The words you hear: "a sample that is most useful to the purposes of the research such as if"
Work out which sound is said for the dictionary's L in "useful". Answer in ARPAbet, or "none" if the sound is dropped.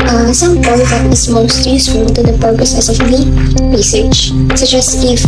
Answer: N